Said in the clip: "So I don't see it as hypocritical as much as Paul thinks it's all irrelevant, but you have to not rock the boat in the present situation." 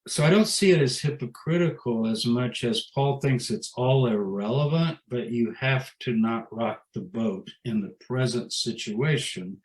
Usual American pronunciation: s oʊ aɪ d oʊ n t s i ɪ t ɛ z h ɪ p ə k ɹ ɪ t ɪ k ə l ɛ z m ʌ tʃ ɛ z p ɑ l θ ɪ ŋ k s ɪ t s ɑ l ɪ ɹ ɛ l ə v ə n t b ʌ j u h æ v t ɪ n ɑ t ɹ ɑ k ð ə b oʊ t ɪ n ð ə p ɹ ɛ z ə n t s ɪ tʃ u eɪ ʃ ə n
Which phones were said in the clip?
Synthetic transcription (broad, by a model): s oʊ aɪ d oʊ n t s i ɪ t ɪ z h ɪ p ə k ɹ ɪ t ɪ k l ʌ z m ʌ tʃ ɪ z p ɑ l θ ɪ ŋ k s ɪ t s ɑ l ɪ ɹ ɛ l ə v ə n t b ʌ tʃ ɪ h æ f t ɪ n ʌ t ɹ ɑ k ð ə b oʊ t ɪ n ð ə p ɹ ɛ z ə n t s ɪ tʃ u eɪ ʃ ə n